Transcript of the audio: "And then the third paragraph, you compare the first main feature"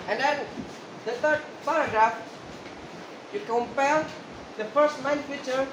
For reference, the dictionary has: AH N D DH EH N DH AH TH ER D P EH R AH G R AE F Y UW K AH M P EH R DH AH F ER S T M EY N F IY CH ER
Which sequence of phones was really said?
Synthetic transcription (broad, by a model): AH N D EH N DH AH T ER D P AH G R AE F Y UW K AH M P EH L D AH F ER S T M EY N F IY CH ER